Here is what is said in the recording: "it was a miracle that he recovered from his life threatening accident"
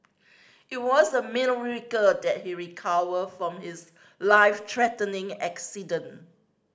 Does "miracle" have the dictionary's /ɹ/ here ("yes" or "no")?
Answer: no